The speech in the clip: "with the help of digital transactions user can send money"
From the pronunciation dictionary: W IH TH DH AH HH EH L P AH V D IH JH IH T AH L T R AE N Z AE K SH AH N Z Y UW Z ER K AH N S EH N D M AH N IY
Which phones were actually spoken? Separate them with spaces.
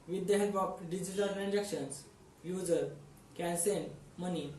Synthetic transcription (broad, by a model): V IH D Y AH HH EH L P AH P D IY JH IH T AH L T R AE N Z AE K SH AH N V Y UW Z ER K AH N S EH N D M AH N IY